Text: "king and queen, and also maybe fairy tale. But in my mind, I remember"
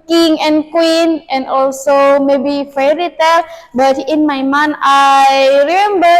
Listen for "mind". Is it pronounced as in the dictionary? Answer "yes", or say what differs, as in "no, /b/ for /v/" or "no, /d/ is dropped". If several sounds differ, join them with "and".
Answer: no, /d/ is dropped